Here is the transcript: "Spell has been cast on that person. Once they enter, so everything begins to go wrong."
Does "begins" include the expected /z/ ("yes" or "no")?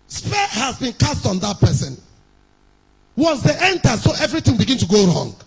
no